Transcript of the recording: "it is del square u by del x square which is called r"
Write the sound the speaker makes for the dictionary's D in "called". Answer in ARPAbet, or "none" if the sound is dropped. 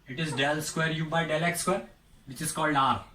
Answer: D